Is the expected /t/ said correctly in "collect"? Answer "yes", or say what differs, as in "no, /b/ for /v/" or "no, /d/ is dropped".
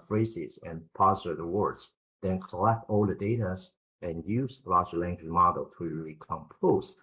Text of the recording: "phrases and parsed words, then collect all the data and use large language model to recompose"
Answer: yes